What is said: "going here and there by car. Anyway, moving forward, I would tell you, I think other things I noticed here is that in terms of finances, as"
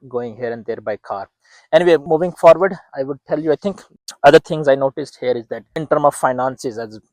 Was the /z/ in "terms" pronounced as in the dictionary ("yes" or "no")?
no